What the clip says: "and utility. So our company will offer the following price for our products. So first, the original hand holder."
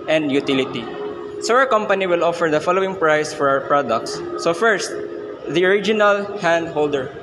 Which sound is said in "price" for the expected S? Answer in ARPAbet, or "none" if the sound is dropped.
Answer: S